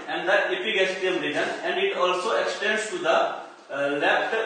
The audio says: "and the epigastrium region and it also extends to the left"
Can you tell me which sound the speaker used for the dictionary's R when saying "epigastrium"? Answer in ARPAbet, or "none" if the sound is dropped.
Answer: none